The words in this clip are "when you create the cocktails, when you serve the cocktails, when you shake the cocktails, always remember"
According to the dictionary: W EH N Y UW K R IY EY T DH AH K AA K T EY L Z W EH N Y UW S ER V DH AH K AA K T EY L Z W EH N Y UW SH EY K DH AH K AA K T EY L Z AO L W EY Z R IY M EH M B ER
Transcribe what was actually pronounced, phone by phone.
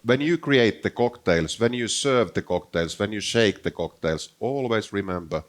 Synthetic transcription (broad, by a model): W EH N Y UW K R IY EY T DH AH K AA K T EY L S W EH N Y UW S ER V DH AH K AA K T EY L S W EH N Y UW SH EY K DH AH K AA K T EY L S AO L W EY S R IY M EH M B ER